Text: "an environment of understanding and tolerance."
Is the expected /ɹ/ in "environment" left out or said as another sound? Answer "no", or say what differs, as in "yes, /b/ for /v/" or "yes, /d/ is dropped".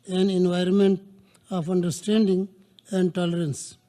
no